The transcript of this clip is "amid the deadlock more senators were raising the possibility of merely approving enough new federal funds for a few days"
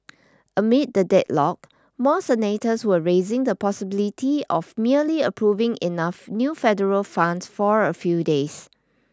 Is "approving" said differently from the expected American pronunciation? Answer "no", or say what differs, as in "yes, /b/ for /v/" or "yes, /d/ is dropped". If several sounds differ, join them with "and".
no